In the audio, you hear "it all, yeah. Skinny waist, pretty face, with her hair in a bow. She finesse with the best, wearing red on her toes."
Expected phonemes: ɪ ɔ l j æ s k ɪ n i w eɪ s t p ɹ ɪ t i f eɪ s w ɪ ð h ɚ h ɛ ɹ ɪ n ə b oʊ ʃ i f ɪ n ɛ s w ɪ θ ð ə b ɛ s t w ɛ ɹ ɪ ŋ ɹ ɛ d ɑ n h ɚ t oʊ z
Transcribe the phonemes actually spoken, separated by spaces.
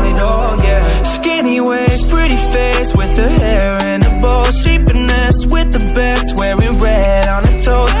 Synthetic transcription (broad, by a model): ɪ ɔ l j æ s k ɪ n i w eɪ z p ɹ ɪ t i f eɪ s w ɪ ð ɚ h ɛ ɹ ɪ n ə b oʊ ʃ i p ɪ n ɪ s w ɪ ð ə b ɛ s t w ɛ ɹ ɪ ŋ ɹ ɛ d n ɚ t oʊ